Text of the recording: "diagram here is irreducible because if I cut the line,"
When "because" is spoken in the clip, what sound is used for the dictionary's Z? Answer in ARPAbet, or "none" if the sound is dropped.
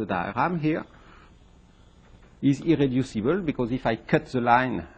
Z